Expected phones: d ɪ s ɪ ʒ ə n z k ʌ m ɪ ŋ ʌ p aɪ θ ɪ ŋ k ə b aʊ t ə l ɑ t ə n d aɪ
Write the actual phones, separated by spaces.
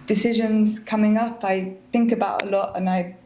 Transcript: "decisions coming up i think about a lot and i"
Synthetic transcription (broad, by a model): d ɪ s ɪ ʒ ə n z k ʌ m ɪ ŋ ʌ p aɪ θ ɪ ŋ k ə b aʊ t ə l ɑ t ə n aɪ